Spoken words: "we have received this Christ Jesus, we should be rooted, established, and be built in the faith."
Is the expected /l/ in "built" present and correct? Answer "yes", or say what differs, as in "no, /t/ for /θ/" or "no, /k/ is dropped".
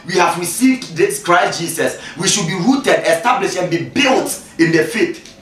yes